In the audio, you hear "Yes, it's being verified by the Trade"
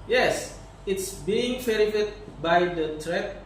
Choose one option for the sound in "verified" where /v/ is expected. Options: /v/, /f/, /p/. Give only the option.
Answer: /f/